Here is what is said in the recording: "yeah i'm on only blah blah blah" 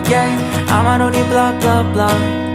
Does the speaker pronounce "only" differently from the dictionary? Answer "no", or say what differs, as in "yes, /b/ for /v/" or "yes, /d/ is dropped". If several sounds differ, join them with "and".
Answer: yes, /l/ is dropped